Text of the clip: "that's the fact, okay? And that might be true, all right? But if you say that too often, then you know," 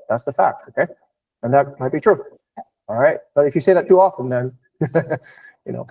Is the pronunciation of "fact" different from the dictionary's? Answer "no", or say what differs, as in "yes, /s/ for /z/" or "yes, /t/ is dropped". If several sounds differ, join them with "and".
no